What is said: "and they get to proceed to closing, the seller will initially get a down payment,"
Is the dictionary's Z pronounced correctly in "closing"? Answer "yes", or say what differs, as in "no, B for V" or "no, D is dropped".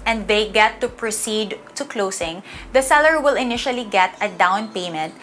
no, S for Z